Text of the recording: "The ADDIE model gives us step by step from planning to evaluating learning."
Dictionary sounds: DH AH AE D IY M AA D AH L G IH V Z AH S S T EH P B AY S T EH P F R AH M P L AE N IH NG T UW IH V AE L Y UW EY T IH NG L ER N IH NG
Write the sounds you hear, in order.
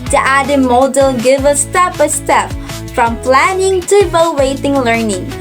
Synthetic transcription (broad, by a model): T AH AE D IY M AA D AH L G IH V AH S S T EH P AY S T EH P F R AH M P L AE N IH NG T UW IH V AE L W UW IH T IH NG L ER N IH NG